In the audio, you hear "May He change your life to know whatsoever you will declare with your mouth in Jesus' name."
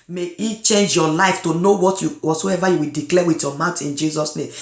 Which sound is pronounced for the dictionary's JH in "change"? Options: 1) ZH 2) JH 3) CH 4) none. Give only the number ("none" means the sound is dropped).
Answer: 2